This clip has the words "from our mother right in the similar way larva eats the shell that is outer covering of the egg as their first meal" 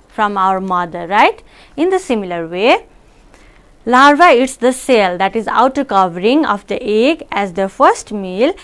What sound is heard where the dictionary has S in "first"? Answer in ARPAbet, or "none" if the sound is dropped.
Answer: S